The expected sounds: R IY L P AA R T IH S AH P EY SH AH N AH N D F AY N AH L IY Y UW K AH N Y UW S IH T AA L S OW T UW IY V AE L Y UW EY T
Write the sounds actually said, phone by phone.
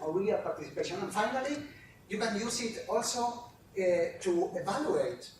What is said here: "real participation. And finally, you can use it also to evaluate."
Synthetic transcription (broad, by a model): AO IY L P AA R T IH S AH P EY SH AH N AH N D F AY N AH L IY Y UW K AH N Y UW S IH T AA L S OW T UW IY V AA L Y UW EY T